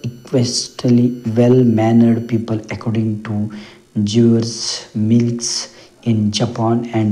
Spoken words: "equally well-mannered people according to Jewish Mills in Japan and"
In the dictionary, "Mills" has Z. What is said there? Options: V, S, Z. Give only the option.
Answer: S